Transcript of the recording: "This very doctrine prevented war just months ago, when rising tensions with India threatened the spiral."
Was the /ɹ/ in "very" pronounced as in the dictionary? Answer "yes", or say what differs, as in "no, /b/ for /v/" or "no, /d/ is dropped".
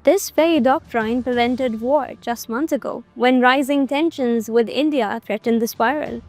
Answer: no, /ɹ/ is dropped